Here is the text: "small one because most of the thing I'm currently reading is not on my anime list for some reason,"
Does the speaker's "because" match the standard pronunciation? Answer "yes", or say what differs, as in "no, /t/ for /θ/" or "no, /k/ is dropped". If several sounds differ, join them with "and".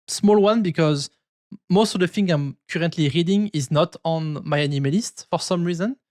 yes